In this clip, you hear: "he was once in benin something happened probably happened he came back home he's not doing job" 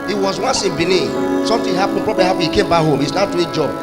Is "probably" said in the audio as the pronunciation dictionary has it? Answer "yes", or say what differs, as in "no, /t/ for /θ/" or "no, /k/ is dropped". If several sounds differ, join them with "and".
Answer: yes